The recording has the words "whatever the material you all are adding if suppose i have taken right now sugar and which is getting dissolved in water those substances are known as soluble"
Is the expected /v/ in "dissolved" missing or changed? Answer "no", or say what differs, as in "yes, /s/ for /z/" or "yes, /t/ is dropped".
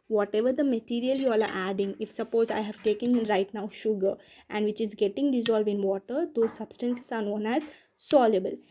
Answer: no